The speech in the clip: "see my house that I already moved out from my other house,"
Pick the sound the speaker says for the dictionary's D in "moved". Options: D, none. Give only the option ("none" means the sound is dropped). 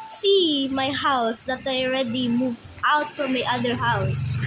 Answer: none